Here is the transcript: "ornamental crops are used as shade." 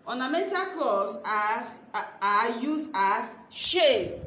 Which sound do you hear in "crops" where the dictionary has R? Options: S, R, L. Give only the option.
L